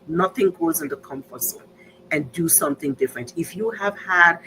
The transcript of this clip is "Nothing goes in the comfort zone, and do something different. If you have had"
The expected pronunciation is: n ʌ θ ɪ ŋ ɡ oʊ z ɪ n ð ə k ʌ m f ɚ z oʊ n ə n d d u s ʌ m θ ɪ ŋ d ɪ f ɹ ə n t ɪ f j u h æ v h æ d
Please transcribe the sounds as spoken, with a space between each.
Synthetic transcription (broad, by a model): n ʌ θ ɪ ŋ ɡ oʊ z ɪ n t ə k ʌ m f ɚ s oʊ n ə n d d u s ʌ m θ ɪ ŋ d ɪ f ɹ ə n t ɪ f j u h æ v h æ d